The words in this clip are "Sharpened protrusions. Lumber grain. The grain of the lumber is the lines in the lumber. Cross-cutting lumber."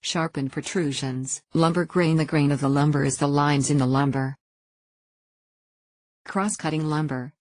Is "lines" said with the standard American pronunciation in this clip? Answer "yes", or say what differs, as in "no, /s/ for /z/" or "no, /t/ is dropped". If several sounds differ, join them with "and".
yes